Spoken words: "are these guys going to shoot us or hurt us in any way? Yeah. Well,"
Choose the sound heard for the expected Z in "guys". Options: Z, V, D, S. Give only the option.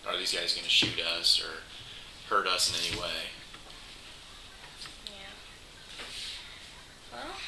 Z